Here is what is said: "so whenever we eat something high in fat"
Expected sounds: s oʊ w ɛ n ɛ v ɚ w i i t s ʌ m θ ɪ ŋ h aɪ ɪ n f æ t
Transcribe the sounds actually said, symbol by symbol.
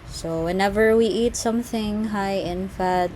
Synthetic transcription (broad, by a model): s oʊ w ɛ n ɛ v ɚ w i i t s ʌ m θ ɪ ŋ h aɪ ɪ n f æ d